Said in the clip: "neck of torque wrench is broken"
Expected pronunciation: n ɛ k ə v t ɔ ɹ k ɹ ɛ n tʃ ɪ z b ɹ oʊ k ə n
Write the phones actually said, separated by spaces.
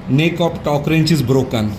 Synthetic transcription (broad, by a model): n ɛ k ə p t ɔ k ɹ ɛ n tʃ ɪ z b ɹ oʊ k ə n